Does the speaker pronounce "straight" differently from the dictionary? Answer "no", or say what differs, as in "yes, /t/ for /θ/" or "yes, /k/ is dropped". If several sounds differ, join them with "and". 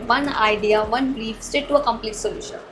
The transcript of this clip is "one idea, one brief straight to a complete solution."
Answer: yes, /ɹ/ is dropped